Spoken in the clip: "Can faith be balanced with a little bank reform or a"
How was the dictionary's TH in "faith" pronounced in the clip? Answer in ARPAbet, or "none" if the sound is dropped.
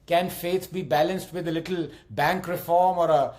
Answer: S